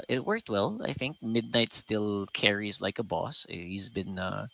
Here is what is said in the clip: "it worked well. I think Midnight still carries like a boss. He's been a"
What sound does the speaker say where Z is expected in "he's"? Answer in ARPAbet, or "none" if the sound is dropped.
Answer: Z